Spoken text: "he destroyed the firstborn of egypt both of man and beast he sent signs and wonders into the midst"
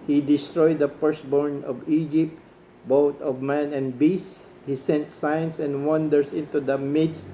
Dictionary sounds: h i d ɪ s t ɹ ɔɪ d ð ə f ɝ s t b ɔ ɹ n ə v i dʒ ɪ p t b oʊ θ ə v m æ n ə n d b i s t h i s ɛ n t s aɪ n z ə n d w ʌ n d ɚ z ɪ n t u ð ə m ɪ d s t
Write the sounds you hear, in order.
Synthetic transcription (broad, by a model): h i d ɪ s t ɹ ɔɪ d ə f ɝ s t b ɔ ɹ n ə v i dʒ ɪ p t b oʊ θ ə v m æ n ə n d b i s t h i s ɛ n t s aɪ n s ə n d w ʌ n d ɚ s ɪ n t u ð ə m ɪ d s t